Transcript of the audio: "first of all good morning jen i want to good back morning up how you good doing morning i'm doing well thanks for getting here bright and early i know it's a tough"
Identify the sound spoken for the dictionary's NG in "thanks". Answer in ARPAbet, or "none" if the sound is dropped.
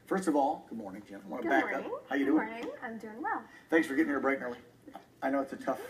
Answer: NG